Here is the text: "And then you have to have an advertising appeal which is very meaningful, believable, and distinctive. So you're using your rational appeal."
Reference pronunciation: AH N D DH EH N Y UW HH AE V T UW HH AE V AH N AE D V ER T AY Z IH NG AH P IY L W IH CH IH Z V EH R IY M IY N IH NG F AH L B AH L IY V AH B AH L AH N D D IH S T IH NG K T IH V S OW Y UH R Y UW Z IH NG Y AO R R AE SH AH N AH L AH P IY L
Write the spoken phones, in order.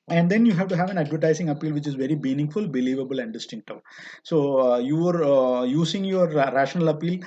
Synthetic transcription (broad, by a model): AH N D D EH N Y UW HH AE V T UW HH AE V AH N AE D V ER T AY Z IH NG AH P IY L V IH CH IH Z V EH R IY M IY N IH NG F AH L B AH L IY V AH B AH L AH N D D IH S T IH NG K T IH S OW Y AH R Y UW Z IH NG Y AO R R AE SH AH N AH L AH P IY L